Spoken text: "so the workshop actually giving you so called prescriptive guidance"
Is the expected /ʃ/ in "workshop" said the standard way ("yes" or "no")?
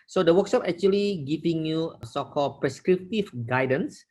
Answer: no